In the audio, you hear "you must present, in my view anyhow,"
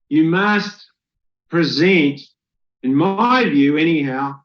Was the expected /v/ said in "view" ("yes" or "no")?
yes